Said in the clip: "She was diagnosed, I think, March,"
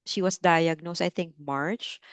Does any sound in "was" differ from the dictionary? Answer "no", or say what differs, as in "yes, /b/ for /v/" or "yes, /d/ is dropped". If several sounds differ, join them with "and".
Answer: yes, /s/ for /z/